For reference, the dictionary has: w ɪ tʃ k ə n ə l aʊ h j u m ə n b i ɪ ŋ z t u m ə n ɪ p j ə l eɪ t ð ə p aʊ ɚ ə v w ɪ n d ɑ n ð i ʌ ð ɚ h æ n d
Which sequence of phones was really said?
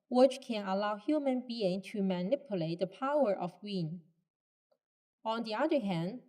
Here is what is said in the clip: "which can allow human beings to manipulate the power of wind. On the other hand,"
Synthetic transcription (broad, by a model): w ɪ tʃ k ə n ə l aʊ h j u m ə n b i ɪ ŋ t u m ə n ɪ p j ə l eɪ t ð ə p aʊ ɚ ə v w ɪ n ɑ n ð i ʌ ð ɚ h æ n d